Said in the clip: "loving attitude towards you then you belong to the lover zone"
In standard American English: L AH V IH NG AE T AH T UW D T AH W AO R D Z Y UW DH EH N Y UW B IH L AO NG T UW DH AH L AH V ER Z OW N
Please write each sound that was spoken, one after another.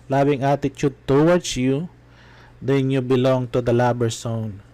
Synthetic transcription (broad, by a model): L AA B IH NG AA T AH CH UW D T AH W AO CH Y UW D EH N Y UW B IH L AO NG T UW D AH L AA B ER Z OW N